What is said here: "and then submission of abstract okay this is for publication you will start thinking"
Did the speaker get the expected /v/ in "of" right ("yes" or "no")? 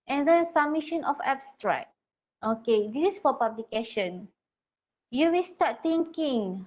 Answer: no